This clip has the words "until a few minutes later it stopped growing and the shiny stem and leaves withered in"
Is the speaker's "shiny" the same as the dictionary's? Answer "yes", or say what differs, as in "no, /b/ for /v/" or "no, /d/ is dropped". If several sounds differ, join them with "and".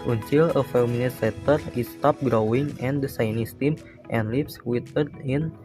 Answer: no, /s/ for /ʃ/